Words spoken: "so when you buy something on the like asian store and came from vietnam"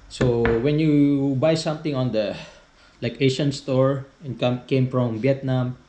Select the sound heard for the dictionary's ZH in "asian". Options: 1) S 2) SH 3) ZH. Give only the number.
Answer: 2